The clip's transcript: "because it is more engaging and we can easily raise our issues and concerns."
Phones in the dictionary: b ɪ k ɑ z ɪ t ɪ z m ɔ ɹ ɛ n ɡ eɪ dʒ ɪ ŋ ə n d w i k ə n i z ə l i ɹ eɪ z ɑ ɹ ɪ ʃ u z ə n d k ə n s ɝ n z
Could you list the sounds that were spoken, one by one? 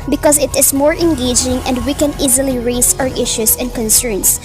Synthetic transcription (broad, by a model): b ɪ k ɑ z ɪ t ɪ s m ɔ ɹ ɛ n ɡ eɪ dʒ ɪ ŋ ə n d w i k ə n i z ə l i ɹ eɪ s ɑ ɹ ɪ ʃ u s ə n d k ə n s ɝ n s